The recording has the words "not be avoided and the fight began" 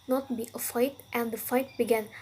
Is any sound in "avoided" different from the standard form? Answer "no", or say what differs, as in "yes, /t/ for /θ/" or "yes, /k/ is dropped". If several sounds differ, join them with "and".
yes, /f/ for /v/